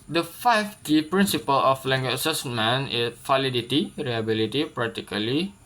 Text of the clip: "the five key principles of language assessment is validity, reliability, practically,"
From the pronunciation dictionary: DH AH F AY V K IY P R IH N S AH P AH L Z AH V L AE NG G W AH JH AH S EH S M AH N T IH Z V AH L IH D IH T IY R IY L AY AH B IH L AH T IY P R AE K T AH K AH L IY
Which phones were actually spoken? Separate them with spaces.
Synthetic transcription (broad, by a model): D AH F AY F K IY P R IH N S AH P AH L AH F L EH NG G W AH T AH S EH S M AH N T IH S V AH L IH D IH T IY R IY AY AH B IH L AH T IY P R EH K T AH K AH L IY